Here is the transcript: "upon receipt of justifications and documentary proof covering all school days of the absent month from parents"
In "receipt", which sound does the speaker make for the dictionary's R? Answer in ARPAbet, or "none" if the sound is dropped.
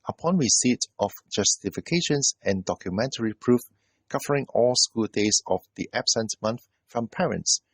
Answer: W